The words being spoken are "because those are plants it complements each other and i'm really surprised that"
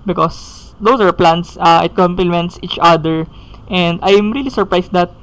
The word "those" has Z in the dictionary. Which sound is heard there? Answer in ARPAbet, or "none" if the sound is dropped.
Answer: S